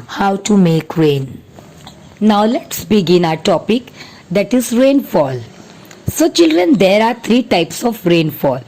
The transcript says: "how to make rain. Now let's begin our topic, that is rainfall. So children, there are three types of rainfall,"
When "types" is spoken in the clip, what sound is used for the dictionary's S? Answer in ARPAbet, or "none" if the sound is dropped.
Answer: S